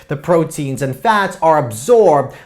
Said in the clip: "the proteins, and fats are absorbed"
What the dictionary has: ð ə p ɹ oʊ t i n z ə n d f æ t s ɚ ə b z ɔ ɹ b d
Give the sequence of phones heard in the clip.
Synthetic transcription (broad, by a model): ð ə p ɹ oʊ t i n z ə n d f æ t s ɚ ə b z ɔ ɹ b d